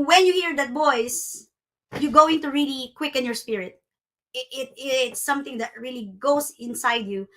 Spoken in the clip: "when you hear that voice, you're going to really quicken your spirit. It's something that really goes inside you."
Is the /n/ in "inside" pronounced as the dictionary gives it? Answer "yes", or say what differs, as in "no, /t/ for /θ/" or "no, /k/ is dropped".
yes